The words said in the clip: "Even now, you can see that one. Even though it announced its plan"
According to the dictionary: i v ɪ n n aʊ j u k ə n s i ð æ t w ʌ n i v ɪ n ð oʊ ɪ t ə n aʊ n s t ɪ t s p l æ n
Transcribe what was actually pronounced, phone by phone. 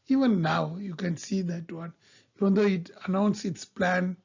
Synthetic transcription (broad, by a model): i v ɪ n n aʊ j u k ə n s i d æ t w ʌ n i v ɪ n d oʊ ɪ t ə n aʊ n s ɪ t s p l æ n